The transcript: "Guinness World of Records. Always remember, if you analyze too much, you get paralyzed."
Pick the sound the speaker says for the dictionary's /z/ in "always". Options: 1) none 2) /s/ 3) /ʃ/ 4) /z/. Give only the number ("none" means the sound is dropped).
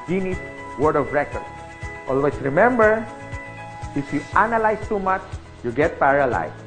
2